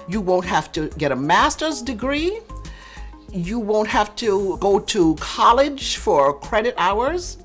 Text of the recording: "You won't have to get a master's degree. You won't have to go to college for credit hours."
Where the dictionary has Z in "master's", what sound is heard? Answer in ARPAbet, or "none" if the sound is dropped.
Z